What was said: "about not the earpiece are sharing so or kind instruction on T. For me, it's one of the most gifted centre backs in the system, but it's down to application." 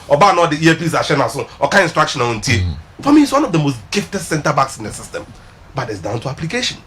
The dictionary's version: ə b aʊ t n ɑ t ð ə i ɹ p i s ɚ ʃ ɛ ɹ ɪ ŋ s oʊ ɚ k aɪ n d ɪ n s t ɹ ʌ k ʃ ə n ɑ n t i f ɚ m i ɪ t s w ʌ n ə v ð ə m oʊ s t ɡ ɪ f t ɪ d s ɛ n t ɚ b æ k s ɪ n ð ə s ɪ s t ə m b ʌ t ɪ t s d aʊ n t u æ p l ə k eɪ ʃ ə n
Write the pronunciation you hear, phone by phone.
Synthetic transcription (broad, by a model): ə b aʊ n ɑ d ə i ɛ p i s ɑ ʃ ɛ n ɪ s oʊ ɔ k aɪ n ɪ n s t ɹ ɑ k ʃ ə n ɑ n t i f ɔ m i ɪ t s w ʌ n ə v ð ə m oʊ s t ɡ ɪ f t ɪ d s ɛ n t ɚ b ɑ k s ɪ n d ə s ɪ s t ə m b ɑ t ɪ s d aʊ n t u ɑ p l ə k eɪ ʃ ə n